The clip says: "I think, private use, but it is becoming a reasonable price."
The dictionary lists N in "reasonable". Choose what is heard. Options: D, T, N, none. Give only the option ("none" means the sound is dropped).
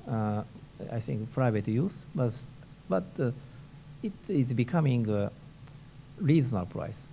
none